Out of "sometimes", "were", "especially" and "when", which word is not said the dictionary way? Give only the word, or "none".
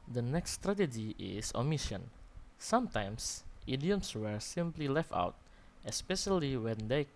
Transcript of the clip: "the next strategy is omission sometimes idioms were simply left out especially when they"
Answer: sometimes